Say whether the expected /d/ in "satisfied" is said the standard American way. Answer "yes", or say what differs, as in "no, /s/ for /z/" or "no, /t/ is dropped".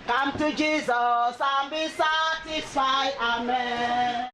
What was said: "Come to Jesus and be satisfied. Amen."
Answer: no, /d/ is dropped